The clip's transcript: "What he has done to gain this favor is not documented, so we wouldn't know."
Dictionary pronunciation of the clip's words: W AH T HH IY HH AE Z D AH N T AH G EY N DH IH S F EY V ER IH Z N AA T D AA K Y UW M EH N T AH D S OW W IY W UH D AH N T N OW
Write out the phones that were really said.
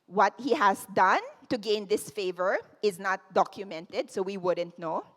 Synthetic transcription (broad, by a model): W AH T HH IY HH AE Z D AH N T AH G EY N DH IH S F EY V ER IH Z N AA T D AA K Y UW M EH N T AH D S OW W IY W UH D AH N T N OW